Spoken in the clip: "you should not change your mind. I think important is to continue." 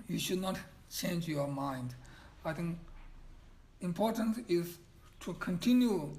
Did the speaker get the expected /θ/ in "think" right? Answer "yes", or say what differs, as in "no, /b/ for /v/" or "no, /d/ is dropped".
no, /t/ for /θ/